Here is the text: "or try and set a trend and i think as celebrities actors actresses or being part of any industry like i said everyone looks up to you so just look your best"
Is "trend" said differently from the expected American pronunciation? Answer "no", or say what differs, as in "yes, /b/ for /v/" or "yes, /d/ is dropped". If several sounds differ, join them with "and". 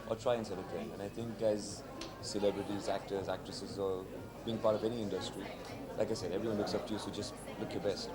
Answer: yes, /d/ is dropped